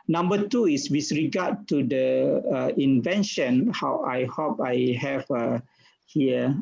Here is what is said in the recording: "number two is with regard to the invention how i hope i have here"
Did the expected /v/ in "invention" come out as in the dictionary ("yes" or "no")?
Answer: yes